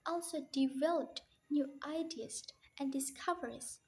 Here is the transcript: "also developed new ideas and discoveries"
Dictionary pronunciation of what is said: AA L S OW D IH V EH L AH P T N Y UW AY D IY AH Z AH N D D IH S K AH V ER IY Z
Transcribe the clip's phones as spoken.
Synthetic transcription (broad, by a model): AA L S OW D IH V EH L AH P T N Y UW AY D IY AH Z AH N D D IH S K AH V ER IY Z